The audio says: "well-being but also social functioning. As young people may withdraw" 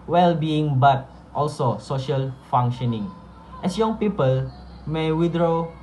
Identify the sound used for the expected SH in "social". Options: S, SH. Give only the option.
SH